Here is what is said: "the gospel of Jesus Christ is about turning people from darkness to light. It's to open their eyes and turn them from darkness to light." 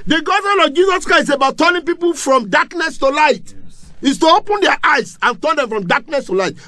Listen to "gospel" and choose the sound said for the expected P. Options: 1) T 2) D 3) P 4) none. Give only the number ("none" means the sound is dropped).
4